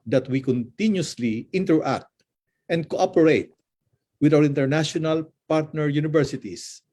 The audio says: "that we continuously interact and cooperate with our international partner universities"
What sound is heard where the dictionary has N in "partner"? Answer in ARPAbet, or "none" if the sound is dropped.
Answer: N